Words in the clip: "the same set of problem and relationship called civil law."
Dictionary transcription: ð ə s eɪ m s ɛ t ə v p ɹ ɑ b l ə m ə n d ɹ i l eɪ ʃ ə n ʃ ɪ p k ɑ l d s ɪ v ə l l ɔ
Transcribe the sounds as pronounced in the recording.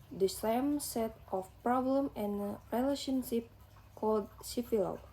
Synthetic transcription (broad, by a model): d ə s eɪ m s ɛ t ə f p ɹ ɑ b l ə m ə n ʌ ɹ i l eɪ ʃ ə n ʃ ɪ p k ɑ l d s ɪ f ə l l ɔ